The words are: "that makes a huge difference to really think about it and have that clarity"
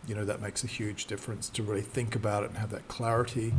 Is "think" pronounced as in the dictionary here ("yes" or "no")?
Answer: yes